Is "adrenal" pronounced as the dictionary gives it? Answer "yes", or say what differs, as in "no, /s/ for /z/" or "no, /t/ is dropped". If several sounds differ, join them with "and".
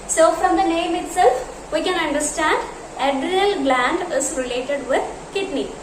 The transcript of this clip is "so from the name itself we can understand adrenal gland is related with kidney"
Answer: no, /n/ is dropped